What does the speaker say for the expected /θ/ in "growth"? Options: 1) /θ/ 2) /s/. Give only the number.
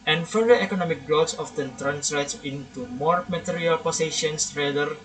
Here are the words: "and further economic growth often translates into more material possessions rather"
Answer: 2